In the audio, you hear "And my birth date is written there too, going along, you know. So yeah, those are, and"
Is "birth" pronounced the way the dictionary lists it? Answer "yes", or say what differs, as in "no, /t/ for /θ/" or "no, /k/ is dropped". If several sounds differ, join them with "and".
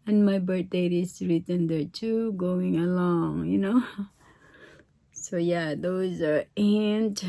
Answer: no, /t/ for /θ/